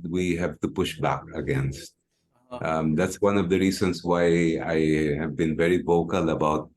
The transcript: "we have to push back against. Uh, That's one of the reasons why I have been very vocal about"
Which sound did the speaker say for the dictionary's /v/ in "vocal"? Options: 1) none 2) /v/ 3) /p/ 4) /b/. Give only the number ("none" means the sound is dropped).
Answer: 2